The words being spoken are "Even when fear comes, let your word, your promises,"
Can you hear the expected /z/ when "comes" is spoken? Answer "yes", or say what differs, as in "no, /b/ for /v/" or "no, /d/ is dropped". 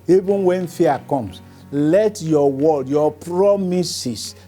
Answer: no, /s/ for /z/